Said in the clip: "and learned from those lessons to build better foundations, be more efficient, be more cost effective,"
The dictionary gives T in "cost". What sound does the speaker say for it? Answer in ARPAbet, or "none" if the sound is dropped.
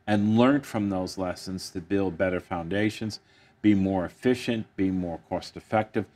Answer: T